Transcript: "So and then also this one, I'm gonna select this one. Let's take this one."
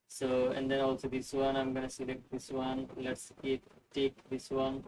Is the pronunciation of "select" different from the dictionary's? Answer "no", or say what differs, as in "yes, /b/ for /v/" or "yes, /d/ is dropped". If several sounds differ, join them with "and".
no